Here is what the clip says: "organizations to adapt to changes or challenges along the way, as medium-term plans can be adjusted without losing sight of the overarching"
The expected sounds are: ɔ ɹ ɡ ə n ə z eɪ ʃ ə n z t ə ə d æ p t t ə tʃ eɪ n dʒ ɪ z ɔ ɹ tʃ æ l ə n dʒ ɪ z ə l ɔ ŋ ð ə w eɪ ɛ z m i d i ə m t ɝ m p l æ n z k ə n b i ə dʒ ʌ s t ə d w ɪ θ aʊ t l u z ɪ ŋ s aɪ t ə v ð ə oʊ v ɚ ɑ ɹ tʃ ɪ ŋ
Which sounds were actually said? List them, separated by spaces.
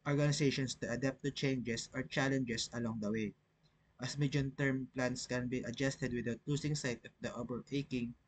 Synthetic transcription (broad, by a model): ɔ ɹ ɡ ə n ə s eɪ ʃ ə n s t ə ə d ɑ p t t ə tʃ eɪ n dʒ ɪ s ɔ ɹ tʃ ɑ l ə n dʒ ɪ s ə l ɔ ŋ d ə w eɪ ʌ s m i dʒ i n t ɝ m p l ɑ n s k ə n b i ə dʒ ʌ s t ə d w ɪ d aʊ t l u s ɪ ŋ s aɪ t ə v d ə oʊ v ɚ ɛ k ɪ ŋ